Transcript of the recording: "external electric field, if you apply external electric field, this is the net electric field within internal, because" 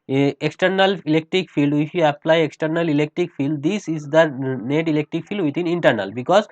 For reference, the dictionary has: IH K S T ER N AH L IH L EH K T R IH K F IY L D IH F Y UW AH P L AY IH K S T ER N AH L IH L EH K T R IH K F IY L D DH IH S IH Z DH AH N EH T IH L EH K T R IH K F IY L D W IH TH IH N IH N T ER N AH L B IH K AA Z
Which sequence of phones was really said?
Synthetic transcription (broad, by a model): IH K S T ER N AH L IH L EH K T R IH K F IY L D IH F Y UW AH P L AY IH K S T ER N AH L IH L EH K T R IH K F IY L D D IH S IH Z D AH N EH T IH L EH K T R IH K F IY L D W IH T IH N IH N T ER N AH L B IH K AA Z